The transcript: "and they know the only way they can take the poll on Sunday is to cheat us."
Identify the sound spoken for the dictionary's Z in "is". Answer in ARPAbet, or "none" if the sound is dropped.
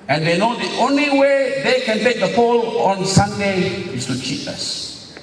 S